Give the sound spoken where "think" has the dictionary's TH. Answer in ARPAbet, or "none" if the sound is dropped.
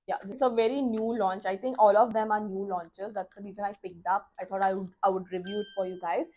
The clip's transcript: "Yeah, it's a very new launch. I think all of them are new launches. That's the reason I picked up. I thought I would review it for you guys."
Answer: T